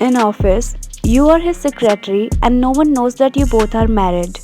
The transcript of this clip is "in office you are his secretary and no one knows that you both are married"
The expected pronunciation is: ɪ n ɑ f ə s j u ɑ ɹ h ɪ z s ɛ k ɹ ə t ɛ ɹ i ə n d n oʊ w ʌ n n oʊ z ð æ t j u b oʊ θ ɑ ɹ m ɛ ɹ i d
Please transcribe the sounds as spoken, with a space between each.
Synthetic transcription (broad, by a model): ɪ n ɑ f ə s j u ɑ ɹ h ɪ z s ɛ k ɹ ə t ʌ ɹ i ə n d n oʊ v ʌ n n oʊ z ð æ t j u b oʊ t ɑ ɹ m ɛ ɹ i d